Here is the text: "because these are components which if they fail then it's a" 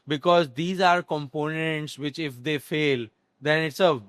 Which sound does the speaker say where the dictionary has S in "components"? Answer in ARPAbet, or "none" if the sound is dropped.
S